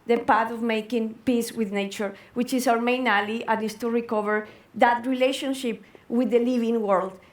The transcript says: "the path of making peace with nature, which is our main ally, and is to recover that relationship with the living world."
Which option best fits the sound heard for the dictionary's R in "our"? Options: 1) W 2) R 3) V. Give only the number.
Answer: 1